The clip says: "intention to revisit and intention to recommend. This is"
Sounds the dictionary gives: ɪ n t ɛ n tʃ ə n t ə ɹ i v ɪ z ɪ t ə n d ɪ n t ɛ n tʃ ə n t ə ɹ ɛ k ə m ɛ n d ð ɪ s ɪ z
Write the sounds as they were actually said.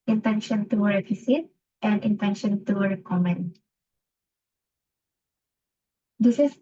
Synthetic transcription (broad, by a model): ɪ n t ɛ n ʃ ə n t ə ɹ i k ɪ s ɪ t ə n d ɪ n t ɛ n ʃ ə n t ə ɹ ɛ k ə m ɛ n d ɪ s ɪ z